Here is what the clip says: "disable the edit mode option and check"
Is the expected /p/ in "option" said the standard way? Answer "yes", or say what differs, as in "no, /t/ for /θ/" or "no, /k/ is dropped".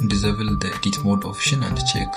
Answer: no, /f/ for /p/